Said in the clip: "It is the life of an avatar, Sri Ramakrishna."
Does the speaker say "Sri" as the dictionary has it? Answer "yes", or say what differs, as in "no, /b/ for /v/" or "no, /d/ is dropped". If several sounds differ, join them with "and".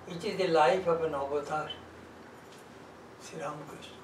no, /ɹ/ is dropped